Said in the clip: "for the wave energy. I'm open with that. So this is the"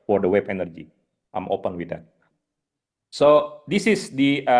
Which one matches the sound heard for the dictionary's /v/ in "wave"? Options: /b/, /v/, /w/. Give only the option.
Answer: /b/